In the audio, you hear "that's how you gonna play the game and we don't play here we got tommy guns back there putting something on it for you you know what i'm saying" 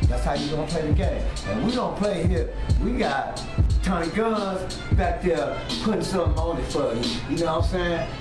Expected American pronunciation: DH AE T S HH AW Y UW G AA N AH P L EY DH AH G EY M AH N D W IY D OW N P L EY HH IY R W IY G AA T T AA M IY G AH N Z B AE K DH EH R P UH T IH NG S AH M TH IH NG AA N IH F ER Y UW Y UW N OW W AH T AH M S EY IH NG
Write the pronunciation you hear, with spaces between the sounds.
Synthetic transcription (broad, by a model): DH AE T S HH AW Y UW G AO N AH P L EY DH AH G EY M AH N W IY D OW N P L EY HH IY R W IY G AA T T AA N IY G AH Z B AE K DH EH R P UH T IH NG S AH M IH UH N IH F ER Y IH N OW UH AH S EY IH